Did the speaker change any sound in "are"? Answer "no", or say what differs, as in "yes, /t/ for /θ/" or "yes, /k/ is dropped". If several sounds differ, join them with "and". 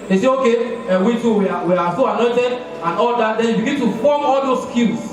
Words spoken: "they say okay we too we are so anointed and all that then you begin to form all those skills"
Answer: yes, /w/ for /ɹ/